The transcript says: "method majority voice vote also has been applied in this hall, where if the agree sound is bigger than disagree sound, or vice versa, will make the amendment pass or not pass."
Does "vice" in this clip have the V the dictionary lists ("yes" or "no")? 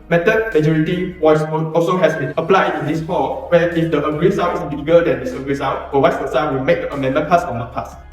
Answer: no